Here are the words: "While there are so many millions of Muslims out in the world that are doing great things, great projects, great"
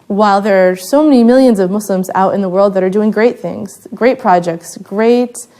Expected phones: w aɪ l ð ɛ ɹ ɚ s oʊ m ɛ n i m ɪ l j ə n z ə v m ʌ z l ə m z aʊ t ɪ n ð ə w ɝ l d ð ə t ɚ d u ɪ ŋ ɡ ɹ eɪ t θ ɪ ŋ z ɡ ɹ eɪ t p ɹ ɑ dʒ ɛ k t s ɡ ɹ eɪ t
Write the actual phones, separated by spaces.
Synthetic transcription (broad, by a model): w aɪ l ð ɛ ɹ s oʊ m ɛ n i m ɪ l j ə n z ə v m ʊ s l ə m z aʊ t ɪ n ð ə w ɝ l d ð ə t ɚ d u ɪ ŋ ɡ ɹ eɪ t θ ɪ ŋ z ɡ ɹ eɪ t p ɹ ɑ dʒ ɛ k t s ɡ ɹ eɪ t